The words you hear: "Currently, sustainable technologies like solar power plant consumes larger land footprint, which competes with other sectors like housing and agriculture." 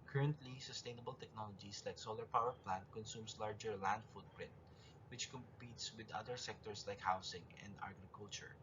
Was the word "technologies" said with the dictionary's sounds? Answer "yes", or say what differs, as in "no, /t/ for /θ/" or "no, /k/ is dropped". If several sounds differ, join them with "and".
no, /s/ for /z/